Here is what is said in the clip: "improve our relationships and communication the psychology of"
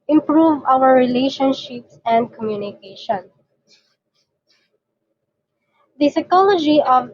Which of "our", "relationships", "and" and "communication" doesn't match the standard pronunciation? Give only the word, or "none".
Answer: none